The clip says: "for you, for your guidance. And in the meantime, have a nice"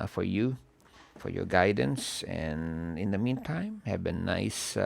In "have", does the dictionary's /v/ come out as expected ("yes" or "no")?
no